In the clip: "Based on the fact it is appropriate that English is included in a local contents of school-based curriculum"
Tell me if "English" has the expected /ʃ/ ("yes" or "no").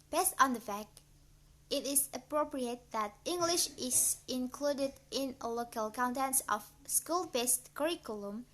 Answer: yes